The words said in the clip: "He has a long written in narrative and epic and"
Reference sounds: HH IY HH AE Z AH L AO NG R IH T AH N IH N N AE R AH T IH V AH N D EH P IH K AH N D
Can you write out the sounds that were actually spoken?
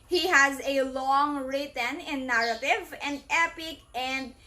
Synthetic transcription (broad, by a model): HH IY HH AE Z AH L AO NG R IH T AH N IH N N AE R AH T IH V AH N D EH P IH K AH N D